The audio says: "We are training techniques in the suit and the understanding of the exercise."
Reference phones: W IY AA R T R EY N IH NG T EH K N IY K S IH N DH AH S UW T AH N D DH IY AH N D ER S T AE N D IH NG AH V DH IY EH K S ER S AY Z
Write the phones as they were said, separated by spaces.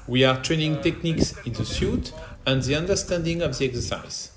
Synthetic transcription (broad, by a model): W IY AA R T R EY N IH NG T EH K N IY K S IH N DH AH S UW T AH N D DH IY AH N D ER S T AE N D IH NG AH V DH IY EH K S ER S AY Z